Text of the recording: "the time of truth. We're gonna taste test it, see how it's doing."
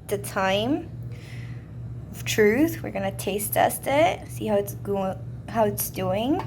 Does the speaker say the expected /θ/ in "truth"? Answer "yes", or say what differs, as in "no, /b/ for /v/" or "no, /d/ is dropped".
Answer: yes